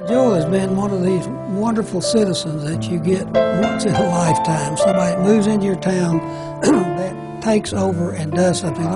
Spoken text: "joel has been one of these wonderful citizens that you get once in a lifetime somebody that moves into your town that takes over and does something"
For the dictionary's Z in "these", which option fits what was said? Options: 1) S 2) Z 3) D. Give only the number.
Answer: 2